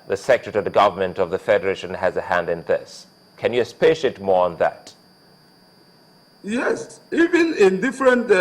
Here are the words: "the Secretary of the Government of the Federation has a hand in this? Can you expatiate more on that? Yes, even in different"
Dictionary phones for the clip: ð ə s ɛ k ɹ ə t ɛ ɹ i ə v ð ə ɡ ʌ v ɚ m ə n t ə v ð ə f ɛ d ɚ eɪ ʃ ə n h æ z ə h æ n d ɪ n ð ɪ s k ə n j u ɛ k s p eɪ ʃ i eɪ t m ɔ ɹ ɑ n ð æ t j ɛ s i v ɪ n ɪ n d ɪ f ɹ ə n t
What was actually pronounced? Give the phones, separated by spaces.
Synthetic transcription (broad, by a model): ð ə s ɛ k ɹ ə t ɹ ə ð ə ɡ ʌ v ɚ m ə n t ə v ð ə f ɛ d ɚ eɪ ʃ ə n h æ z ə h æ n d ɪ n ð ɪ s k ə n j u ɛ s p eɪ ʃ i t m ɔ ɹ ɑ n ð æ t j ɛ s i v ɪ n ɪ n d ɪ f ɹ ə n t